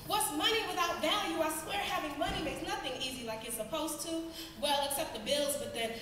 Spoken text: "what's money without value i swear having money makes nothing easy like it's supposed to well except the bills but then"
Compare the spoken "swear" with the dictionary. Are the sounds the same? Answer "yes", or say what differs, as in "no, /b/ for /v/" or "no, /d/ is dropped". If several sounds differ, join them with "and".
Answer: yes